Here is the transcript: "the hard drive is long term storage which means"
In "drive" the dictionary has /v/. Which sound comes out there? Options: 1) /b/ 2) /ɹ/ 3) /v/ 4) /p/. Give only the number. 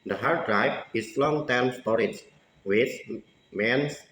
4